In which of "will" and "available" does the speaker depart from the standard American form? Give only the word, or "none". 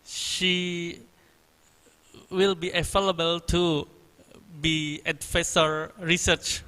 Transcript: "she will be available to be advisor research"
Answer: available